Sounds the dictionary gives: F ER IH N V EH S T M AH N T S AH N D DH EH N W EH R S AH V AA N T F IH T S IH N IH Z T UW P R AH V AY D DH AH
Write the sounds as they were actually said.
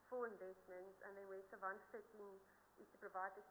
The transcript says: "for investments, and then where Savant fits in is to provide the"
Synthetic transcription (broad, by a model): F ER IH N V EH S T M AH N T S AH N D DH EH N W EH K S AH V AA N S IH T IH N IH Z T UW P R AH V AY D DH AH